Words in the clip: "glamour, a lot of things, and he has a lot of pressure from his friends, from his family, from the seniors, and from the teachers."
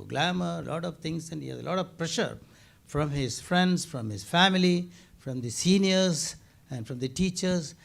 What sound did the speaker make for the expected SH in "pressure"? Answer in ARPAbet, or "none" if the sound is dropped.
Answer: SH